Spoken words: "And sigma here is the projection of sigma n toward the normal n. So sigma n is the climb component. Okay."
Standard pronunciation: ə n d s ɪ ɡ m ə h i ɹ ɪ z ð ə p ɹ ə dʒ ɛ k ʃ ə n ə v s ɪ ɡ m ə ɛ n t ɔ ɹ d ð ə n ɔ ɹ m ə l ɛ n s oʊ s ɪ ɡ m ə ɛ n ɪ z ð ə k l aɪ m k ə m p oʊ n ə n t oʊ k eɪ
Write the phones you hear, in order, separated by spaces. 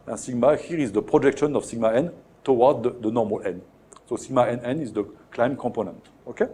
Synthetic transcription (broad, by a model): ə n s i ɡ m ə h i ɹ ɪ z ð ə p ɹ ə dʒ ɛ k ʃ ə n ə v s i ɡ m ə ɛ n t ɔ w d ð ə n ɔ ɹ m ə l ɛ n s oʊ s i ɡ m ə ɛ n ɪ z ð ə k l aɪ m k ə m p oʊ n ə n t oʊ k eɪ